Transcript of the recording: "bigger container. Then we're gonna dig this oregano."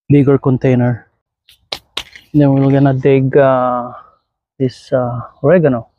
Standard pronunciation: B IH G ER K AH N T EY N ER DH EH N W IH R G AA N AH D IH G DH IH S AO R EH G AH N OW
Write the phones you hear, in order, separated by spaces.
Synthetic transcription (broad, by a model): B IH G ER K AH N T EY N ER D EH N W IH L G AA N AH D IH G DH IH S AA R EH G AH N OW